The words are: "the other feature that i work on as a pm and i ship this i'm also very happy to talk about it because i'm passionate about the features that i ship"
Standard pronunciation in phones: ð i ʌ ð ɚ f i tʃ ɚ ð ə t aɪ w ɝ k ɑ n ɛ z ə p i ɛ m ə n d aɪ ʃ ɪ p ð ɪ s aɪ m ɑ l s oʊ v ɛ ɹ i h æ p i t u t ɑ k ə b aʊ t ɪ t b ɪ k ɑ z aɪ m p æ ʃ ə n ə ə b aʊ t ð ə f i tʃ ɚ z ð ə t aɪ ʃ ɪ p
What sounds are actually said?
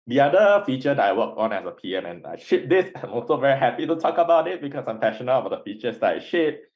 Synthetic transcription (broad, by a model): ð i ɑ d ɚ f i tʃ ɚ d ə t aɪ w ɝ k ɑ n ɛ s ə p i ɛ m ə n aɪ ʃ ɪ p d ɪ s aɪ m ɑ l s oʊ v ɛ ɹ i h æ p i t u t ɑ k ə b aʊ t ɪ t b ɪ k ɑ s aɪ m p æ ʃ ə n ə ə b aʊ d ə f i tʃ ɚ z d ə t aɪ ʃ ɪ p